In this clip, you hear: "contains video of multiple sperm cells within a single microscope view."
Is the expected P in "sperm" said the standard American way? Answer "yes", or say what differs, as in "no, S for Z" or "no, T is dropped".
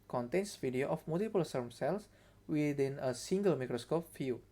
no, P is dropped